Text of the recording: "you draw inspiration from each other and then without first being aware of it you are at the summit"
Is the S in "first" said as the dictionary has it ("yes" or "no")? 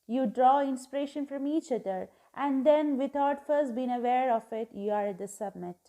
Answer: yes